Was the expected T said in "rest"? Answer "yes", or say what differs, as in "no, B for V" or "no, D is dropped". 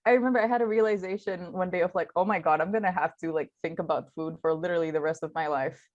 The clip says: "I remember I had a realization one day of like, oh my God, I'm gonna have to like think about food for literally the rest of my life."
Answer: yes